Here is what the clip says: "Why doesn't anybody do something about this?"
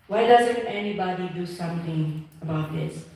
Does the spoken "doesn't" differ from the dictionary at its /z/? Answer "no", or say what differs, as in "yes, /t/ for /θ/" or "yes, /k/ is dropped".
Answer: no